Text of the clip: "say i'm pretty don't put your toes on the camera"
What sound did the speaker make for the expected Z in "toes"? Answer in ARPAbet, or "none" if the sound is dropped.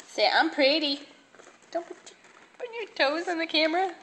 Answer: Z